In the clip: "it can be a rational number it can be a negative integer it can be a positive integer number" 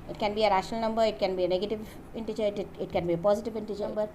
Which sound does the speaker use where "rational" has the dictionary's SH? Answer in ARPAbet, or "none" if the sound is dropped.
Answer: SH